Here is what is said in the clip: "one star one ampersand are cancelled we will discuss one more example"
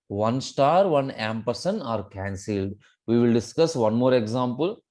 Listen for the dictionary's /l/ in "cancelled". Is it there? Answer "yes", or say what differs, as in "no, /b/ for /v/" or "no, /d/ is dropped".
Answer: yes